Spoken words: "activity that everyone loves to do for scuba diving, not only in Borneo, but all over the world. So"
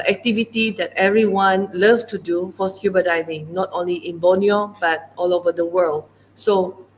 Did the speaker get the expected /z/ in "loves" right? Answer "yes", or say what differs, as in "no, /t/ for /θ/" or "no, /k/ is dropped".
no, /z/ is dropped